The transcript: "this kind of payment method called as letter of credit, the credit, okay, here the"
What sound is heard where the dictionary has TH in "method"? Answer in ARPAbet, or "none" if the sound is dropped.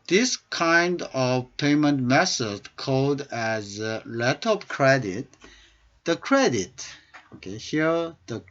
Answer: S